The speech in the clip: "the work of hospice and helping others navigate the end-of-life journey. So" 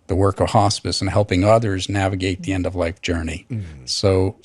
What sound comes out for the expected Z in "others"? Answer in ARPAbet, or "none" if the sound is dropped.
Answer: Z